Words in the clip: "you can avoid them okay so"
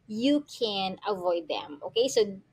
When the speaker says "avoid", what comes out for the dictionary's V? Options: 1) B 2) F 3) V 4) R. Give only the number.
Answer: 3